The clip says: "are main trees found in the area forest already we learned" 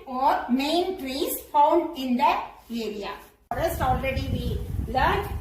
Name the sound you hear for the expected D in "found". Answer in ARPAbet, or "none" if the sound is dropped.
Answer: D